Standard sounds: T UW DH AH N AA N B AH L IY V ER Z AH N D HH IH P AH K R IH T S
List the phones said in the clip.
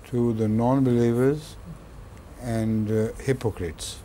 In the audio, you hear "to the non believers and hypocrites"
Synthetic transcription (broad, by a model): T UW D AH N AA N B AH L IY V ER Z AH N D HH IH P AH K R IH T S